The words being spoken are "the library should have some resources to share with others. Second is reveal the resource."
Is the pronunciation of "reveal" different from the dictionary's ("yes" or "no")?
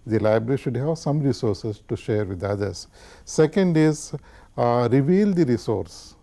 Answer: no